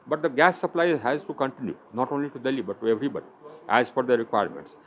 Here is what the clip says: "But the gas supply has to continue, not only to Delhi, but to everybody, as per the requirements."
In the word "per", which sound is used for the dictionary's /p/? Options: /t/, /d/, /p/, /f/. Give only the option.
/f/